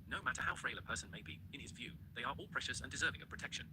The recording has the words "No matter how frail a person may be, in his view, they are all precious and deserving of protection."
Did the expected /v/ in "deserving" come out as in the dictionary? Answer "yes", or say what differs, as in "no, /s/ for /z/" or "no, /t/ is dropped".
yes